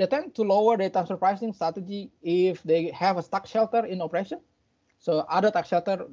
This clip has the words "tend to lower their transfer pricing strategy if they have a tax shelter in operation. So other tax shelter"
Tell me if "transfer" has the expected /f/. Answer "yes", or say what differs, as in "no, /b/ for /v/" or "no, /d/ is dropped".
no, /f/ is dropped